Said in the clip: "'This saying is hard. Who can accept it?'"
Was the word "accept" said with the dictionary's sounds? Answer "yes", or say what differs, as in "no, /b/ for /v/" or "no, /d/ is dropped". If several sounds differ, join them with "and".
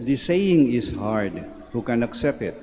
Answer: yes